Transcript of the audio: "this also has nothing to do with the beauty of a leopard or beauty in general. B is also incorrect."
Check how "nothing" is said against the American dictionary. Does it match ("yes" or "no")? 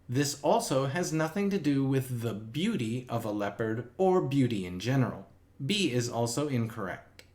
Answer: yes